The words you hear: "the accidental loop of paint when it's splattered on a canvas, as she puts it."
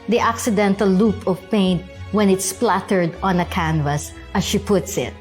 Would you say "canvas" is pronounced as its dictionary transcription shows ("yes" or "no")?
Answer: yes